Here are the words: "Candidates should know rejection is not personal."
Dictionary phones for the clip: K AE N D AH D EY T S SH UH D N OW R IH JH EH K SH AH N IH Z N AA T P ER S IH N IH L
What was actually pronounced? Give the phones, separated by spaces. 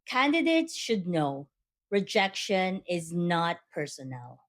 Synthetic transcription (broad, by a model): K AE N D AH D EY T S SH UH D N OW R IH JH EH K SH AH N IH Z N AA T P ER S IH N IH L